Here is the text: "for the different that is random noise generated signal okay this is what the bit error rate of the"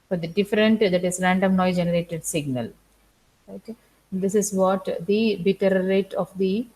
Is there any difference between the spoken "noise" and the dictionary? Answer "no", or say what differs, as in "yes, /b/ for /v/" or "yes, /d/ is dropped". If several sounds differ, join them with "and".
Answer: yes, /z/ is dropped